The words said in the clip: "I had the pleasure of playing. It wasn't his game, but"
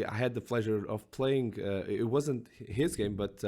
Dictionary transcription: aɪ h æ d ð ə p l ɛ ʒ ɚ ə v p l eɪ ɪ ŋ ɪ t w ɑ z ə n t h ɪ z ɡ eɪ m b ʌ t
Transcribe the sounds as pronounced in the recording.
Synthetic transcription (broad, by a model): aɪ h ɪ d ð ə p l ɛ ʒ ɚ ə v p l eɪ ɪ ŋ ɪ t w ɑ z ə n t h ɪ z ɡ eɪ m b ʌ t